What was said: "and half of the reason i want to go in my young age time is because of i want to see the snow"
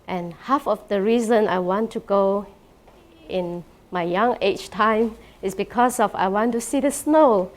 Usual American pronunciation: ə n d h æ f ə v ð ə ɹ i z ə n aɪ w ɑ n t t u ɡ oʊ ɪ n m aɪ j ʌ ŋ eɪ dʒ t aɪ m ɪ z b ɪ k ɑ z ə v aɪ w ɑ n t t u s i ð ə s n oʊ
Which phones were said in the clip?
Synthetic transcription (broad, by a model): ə n h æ f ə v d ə ɹ i z ə n aɪ w ɑ n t t u ɡ oʊ ɪ n m aɪ j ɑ ŋ eɪ tʃ t aɪ m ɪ s b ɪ k ɑ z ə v aɪ w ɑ n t t u s i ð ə s n oʊ